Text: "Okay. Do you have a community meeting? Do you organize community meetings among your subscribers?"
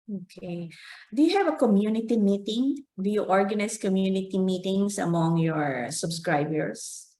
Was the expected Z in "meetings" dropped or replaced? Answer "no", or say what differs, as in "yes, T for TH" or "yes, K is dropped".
yes, S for Z